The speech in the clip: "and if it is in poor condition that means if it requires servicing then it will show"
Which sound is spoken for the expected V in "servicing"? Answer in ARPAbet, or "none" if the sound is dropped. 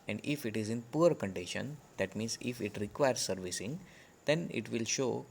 V